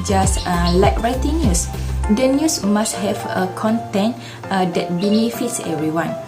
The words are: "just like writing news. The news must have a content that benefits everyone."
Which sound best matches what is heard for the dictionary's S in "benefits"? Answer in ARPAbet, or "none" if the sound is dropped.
S